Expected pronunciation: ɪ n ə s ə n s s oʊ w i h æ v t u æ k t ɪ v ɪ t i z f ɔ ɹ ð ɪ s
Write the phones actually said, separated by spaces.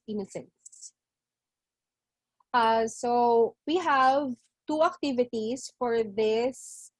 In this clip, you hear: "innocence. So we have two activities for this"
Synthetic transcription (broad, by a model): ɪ n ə s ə n s s oʊ w i h æ v t u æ k t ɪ v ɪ t i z f ɔ ɹ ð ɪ s